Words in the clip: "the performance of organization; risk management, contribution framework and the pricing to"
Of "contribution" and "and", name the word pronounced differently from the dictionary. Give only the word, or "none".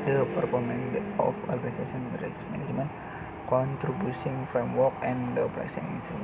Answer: contribution